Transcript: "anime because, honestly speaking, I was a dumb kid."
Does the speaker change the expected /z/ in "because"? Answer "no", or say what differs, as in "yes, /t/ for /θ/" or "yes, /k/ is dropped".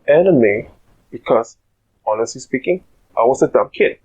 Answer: yes, /s/ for /z/